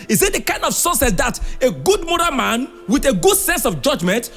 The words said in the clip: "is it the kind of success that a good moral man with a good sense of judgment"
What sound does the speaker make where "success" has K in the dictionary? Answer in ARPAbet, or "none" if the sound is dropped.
none